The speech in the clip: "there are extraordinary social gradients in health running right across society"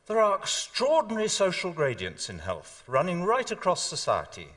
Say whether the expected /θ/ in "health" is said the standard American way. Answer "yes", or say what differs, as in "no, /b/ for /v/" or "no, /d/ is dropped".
yes